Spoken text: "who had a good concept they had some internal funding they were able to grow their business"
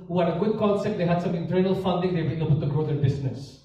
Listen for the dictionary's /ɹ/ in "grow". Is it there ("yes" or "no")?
yes